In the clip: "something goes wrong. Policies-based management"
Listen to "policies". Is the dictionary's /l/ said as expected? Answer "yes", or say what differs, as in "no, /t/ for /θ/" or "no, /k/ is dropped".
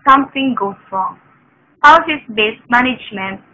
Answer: no, /l/ is dropped